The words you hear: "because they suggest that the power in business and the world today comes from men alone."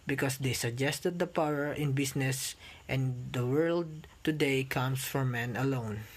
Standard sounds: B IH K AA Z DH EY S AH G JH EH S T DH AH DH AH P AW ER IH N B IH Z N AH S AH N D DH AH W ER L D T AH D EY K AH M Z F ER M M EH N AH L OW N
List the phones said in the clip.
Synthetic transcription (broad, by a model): B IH K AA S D EY S AH G JH EH S T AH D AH P AW ER IH N B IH S N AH S AH N D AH W ER L D T AH D EY K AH M S F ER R M EH N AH L OW N